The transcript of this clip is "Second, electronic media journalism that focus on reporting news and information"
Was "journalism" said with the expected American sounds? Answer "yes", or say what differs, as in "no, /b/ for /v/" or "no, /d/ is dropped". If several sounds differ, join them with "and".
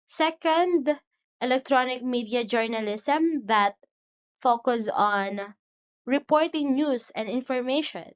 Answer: no, /s/ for /z/